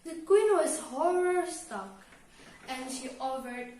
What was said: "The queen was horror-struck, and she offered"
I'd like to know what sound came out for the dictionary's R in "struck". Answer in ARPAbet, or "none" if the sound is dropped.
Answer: none